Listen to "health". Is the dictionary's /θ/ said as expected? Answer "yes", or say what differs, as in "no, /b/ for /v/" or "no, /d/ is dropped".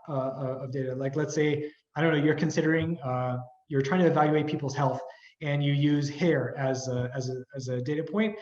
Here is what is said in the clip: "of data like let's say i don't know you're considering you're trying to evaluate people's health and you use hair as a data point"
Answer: yes